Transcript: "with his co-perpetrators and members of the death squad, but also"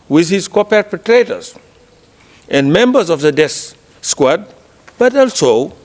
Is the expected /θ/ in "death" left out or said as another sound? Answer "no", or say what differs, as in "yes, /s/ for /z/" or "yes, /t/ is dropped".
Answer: yes, /s/ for /θ/